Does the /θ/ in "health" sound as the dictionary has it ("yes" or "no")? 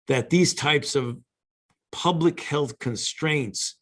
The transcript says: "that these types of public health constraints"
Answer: yes